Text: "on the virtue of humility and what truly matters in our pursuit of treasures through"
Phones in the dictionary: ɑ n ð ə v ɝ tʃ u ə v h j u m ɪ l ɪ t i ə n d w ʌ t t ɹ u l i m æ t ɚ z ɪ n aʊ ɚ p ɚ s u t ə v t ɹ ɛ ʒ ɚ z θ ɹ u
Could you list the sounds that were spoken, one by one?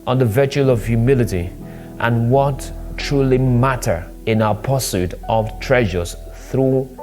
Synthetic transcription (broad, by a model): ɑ n ð ə v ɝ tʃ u ə v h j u m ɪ l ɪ t i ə n w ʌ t t ɹ u l i m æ t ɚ ɪ n aʊ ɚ p ɚ s u t ə v t ɹ ɛ ʒ ɚ z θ ɹ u